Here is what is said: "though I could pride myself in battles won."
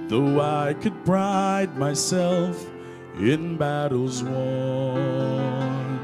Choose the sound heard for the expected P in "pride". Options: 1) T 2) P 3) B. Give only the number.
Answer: 3